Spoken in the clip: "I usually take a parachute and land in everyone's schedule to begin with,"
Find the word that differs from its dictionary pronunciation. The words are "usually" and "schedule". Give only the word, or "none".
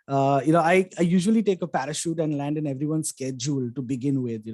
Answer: none